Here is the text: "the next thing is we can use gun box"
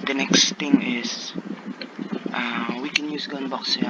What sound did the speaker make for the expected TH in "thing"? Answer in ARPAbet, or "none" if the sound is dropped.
T